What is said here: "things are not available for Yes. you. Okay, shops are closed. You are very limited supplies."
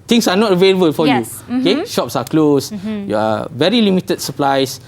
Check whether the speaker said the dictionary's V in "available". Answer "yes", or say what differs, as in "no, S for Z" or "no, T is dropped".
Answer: yes